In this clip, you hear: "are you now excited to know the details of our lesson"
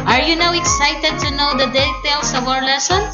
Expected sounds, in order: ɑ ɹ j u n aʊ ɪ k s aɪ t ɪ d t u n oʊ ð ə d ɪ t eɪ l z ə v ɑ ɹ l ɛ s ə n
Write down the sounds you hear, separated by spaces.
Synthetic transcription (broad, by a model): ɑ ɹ j u n aʊ ɪ k s aɪ t ɪ d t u n oʊ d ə d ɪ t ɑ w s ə b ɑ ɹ l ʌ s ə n